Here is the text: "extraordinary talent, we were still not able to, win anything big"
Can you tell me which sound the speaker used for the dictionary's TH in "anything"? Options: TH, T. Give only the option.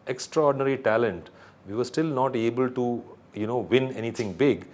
T